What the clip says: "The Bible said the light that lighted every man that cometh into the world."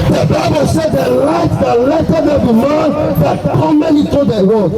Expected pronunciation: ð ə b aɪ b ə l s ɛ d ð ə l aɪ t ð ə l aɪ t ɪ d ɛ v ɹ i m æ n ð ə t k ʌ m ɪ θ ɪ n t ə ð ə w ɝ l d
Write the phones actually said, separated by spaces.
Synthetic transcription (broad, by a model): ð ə b aɪ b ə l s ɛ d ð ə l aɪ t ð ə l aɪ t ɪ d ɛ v i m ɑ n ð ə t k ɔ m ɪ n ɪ t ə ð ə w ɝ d